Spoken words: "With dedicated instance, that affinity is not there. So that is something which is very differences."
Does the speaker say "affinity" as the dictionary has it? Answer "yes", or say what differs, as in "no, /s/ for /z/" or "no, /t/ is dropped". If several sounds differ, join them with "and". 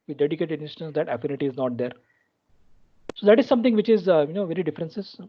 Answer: yes